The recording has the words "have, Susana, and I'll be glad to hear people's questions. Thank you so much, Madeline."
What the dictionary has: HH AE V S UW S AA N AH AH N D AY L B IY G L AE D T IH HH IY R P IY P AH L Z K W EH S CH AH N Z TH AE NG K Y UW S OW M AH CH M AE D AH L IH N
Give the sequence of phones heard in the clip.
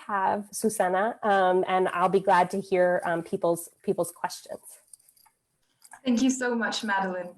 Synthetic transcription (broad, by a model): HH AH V S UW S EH N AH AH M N AY L B IY G L AE D T IH HH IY R P IY P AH L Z K W EH S CH AH N Z TH AE NG K Y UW S OW M AH CH M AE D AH L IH N